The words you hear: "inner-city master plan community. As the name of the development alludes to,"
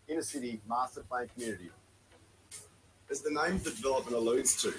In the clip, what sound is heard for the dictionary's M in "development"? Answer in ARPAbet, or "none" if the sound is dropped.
none